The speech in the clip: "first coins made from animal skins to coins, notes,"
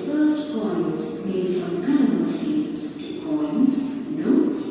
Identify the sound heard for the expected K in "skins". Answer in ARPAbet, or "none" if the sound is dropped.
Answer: none